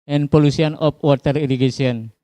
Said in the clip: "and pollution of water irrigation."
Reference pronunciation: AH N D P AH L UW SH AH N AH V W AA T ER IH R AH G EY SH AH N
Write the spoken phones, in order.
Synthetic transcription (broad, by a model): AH N P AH L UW S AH N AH P W AA T ER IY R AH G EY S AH N